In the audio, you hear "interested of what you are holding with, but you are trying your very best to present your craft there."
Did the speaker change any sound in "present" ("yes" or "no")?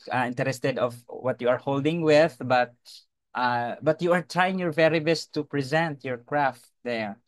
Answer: no